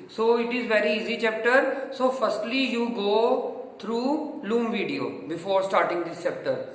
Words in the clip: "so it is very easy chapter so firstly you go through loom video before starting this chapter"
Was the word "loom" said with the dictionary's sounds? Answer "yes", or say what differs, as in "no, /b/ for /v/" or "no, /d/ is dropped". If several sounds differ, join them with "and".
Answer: yes